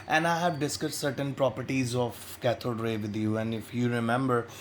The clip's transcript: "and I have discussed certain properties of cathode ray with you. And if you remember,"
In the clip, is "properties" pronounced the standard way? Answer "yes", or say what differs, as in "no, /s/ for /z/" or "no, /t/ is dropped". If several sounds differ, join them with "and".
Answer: yes